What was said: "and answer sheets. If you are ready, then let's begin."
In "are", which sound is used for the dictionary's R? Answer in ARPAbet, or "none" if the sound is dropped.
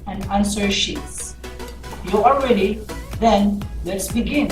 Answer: L